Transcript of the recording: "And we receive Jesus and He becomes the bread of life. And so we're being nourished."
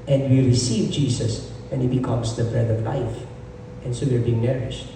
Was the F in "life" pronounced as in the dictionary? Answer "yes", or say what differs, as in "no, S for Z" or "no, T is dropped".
yes